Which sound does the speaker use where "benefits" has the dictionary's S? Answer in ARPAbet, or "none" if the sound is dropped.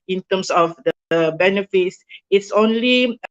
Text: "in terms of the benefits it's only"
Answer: S